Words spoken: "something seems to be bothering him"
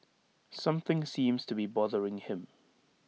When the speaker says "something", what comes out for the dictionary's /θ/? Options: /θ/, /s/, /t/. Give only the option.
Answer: /θ/